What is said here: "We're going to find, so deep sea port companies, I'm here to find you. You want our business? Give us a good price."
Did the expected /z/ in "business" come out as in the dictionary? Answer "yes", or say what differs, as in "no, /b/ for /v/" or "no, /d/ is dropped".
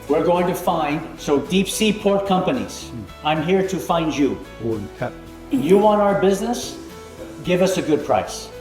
yes